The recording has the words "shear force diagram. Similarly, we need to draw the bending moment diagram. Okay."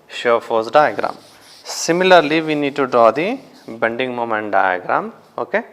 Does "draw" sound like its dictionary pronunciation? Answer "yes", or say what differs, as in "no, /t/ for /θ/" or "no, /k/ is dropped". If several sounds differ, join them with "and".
yes